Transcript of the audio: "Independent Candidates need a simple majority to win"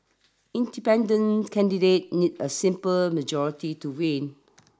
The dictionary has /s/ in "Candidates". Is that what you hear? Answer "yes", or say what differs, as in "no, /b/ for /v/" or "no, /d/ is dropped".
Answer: no, /s/ is dropped